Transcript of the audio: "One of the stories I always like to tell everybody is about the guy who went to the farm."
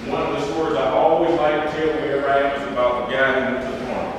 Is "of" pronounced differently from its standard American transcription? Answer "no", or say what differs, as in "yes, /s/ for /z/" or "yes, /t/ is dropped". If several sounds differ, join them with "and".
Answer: no